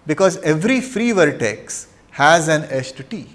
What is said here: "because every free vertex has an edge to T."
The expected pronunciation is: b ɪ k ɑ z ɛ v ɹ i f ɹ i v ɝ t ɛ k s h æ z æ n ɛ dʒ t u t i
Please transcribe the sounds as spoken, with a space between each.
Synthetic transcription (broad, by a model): b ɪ k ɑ z ɛ v ɹ i f ɹ i v ɝ t ɛ k s h æ z æ n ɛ tʃ t u t i